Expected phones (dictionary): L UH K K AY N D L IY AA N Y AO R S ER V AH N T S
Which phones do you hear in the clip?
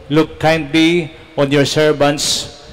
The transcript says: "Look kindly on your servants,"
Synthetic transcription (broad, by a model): L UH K K AY N D L IY AA N Y AO R S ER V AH N T S